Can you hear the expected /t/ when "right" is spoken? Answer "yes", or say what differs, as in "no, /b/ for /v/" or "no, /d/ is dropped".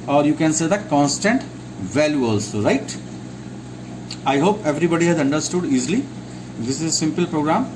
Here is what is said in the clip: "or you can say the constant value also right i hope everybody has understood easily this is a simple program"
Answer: yes